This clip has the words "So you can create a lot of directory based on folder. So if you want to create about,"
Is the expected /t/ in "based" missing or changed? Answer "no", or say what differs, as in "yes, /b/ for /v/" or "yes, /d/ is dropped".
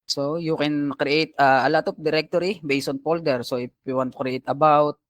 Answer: yes, /t/ is dropped